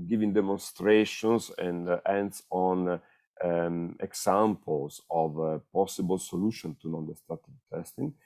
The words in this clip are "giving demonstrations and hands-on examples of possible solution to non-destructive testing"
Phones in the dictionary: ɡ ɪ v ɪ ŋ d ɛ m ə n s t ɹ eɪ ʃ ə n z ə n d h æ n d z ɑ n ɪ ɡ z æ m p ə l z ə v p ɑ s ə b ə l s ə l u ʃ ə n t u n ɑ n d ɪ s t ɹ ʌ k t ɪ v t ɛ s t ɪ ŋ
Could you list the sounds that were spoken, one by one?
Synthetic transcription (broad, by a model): ɡ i v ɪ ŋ d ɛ m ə n s t ɹ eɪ ʃ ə n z ə n d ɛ n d s ɑ n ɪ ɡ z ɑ m p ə l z ə v p ɑ s ə b ə l s ə l u ʃ ə n t u n ɑ n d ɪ s t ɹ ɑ t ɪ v t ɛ s t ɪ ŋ